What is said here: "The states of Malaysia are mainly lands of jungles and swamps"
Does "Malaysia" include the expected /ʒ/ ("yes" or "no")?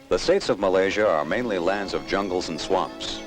yes